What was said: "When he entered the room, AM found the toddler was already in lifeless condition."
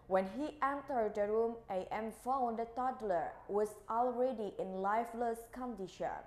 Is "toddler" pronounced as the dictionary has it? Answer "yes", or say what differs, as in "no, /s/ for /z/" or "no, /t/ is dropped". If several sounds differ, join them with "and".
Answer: yes